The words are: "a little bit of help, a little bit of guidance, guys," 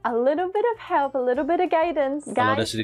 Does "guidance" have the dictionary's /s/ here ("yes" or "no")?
no